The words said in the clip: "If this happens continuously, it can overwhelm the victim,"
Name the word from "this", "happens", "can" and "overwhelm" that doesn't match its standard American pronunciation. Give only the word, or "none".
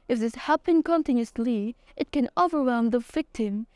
happens